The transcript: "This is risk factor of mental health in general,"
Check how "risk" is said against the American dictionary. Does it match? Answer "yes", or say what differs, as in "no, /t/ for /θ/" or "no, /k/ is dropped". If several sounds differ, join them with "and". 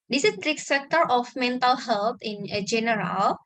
no, /s/ is dropped